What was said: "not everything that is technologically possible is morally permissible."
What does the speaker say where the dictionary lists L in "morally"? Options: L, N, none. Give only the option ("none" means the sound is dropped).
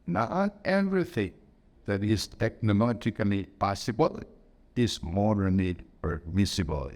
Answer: N